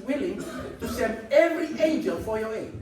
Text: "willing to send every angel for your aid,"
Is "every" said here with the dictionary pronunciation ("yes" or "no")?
yes